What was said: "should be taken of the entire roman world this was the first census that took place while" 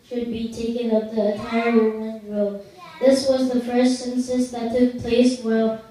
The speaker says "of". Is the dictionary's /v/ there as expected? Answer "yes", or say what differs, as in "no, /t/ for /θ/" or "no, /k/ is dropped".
no, /p/ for /v/